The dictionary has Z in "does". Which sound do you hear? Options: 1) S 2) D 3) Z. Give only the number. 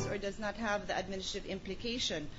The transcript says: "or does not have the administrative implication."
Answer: 3